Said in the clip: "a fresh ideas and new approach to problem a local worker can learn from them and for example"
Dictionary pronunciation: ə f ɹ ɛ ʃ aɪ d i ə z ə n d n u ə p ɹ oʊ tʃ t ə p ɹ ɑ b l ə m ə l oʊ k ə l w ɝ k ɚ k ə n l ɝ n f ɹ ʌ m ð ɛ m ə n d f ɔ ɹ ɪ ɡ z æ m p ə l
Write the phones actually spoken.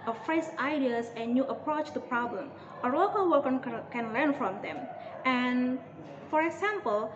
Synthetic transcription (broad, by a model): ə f ɹ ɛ s aɪ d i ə s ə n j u ə p ɹ oʊ tʃ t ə p ɹ ɑ b l ə m ə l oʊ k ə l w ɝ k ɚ k ə n l ɝ n f ɹ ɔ m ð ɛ m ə n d f ɔ ɹ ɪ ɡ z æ m p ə l